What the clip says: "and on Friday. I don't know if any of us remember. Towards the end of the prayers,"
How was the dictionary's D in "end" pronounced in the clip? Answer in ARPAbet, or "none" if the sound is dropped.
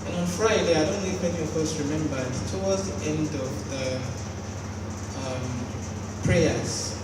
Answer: D